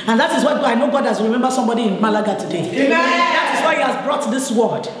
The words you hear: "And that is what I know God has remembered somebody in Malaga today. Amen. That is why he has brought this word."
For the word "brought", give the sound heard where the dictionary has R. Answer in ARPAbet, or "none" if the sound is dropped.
R